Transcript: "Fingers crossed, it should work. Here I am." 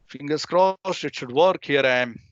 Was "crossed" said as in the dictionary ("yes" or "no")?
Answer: no